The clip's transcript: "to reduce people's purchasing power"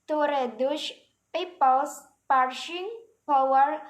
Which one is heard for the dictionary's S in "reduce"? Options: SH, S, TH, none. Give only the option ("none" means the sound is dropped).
SH